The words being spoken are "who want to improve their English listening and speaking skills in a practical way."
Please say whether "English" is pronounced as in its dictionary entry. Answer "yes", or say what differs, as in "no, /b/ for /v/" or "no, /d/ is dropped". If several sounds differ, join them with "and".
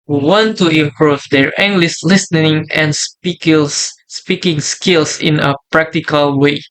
no, /s/ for /ʃ/